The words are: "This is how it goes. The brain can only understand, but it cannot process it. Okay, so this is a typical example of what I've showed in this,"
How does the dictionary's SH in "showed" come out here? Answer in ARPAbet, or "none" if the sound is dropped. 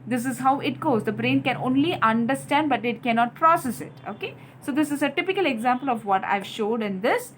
SH